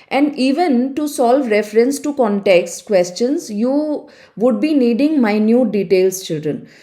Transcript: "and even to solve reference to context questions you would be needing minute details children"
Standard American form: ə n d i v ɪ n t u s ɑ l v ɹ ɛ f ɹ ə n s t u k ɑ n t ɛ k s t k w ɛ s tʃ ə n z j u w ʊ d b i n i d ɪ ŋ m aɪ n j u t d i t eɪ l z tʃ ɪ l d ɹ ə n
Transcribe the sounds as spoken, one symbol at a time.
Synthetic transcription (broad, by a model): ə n d i v ɪ n t u s ɑ l v ɹ ɛ f ɹ ə n s t u k ɑ n t ɛ k s t k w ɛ s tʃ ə n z j u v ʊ d b i n i d ɪ ŋ m aɪ n j u t d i t eɪ l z tʃ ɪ l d ɹ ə n